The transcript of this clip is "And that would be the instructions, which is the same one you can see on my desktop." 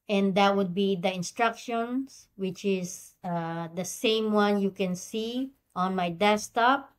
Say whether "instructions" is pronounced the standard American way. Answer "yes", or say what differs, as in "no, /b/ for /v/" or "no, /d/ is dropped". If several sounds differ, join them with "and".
no, /s/ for /z/